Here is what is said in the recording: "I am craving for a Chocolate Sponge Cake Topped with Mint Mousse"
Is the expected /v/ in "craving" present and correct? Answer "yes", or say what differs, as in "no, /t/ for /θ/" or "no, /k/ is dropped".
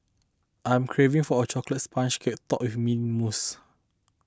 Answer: yes